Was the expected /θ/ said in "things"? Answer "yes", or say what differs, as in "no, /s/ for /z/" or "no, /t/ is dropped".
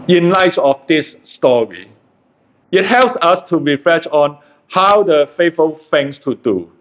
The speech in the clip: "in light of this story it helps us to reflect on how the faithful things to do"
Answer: no, /f/ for /θ/